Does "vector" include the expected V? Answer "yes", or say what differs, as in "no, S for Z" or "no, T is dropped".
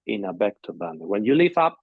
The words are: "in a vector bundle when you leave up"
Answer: no, B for V